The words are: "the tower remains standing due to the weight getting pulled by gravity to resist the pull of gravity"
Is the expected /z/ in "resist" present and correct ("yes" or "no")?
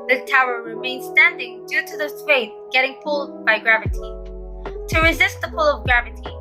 yes